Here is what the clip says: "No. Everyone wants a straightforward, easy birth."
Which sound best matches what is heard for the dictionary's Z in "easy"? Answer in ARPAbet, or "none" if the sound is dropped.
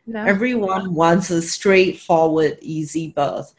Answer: Z